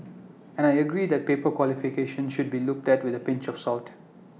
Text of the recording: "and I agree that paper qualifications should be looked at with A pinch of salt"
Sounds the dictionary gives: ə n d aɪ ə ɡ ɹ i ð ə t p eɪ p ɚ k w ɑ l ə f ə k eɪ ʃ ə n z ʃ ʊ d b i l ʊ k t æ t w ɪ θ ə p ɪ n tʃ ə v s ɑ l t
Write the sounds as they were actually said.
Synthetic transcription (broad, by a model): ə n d aɪ ə ɡ ɹ i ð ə t p eɪ p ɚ k w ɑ l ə f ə k eɪ ʃ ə n ʃ ʊ d b i l ʊ k t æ t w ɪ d ə p ɪ n tʃ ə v s ɑ l t